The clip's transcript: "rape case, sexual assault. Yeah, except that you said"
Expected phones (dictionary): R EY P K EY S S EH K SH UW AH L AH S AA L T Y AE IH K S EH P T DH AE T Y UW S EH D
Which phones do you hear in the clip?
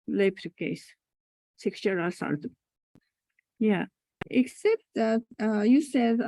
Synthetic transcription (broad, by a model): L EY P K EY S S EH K S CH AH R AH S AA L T Y AE IH K S EH P T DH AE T Y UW S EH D